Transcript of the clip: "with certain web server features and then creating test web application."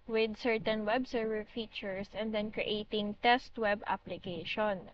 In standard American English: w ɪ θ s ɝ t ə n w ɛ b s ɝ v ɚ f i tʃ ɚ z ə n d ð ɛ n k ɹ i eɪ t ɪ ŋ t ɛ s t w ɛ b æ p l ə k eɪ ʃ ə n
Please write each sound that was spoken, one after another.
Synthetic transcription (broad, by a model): w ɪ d s ɝ t ə n w ɛ b s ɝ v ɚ f i tʃ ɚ s ə n d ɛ n k ɹ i eɪ t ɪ ŋ t ɛ s t w ɛ b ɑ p l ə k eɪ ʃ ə n